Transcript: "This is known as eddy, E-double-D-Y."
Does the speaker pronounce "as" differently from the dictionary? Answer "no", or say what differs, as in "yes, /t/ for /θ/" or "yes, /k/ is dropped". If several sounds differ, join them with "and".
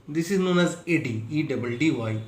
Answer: no